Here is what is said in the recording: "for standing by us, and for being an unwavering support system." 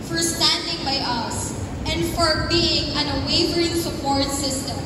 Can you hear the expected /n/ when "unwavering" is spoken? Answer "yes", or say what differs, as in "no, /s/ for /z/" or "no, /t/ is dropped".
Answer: no, /n/ is dropped